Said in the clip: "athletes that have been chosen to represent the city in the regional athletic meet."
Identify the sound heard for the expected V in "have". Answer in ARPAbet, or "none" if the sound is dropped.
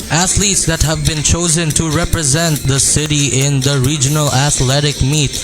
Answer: V